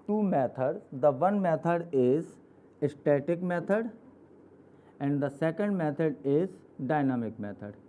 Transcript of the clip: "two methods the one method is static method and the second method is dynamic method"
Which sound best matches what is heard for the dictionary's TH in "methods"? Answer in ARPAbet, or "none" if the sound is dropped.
T